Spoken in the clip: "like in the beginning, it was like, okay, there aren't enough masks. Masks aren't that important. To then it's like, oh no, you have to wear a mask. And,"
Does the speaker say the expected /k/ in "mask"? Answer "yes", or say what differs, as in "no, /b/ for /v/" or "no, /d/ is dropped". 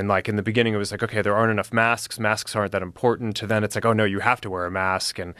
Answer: yes